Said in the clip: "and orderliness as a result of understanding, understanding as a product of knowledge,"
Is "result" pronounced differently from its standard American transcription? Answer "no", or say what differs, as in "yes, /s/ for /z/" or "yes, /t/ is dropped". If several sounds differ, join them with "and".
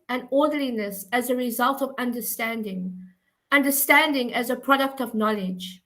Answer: no